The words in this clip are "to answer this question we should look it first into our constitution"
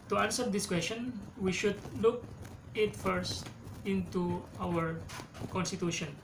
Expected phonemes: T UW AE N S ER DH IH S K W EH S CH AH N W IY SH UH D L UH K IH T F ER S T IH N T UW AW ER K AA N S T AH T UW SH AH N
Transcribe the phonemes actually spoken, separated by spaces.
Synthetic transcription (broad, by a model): T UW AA N S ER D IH S K W EH S CH AH N W IY SH UH D L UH K IH T F ER S T IH N T UW AW ER K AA N S T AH T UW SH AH N